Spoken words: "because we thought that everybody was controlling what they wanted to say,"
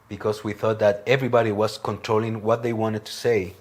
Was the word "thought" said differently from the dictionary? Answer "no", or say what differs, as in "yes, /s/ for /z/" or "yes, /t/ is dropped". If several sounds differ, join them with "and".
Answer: no